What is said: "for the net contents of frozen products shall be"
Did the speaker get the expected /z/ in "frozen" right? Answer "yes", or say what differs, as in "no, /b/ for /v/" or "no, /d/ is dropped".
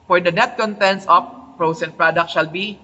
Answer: no, /s/ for /z/